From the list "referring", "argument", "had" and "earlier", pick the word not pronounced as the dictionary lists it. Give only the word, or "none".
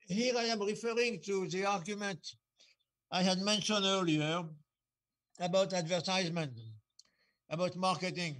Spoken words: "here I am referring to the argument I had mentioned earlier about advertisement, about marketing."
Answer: none